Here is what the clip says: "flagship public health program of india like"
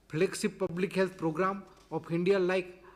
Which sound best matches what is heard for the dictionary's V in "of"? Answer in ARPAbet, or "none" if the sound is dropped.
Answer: P